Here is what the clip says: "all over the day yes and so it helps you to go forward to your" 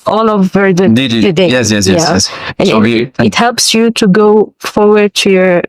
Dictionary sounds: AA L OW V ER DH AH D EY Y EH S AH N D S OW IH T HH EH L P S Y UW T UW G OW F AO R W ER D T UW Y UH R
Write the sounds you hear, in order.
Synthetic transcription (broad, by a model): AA L OW V ER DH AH D EY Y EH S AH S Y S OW IH T HH EH L P S Y UW T UW G OW F AO R W ER D T UW Y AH R